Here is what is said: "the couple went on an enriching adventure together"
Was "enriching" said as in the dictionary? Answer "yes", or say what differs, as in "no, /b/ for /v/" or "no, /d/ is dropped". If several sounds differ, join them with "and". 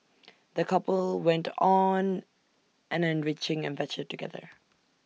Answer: yes